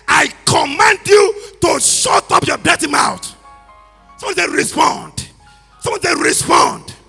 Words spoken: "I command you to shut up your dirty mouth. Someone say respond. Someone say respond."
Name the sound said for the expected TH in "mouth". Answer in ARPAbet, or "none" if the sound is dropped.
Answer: T